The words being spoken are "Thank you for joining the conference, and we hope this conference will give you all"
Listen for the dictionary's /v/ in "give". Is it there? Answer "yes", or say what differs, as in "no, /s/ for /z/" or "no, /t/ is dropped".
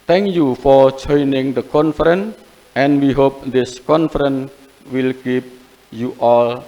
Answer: no, /p/ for /v/